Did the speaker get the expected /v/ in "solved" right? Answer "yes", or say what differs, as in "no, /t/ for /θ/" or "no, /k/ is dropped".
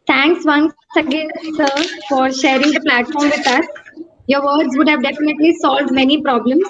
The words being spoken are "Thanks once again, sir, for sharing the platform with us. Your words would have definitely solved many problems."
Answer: yes